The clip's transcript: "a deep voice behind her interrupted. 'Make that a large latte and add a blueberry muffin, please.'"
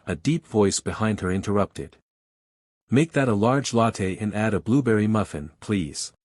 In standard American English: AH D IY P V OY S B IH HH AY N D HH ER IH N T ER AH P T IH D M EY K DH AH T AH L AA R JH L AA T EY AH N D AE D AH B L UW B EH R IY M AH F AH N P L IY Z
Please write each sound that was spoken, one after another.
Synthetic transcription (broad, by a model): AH D IY P V OY S B IH HH AY N D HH ER IH N T ER AH P T IH D M EY K DH AH T AH L AA R JH L AA T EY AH N AE D AH B L UW B EH R IY M AH F AH N P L IY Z